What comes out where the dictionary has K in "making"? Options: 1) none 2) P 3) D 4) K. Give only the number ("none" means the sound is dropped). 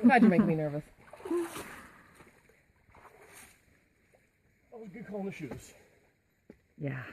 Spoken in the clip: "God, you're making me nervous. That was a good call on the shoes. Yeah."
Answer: 1